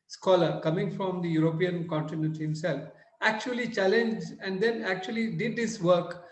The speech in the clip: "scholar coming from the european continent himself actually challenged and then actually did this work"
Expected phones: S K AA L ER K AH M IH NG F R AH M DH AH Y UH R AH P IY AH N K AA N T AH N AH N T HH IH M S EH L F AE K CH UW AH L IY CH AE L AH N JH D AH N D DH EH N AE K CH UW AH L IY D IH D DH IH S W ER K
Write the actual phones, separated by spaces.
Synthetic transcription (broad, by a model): S K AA L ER K AH M IH NG F R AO M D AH Y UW R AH P IY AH N K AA N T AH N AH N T HH IH M S EH L F AE K CH UW AH L IY CH AE L AH N JH D AH N D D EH N AE K CH UW AH L IY D IH D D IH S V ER K